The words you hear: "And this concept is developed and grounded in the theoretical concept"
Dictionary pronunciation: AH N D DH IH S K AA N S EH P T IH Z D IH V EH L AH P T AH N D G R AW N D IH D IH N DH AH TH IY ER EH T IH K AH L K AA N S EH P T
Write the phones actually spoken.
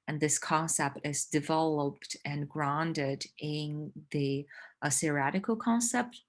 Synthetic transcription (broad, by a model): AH N DH IH S K AA N S EH P T IH Z D IH V EH L AH P T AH N G R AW N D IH D IH N DH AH S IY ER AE T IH K L K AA N S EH P T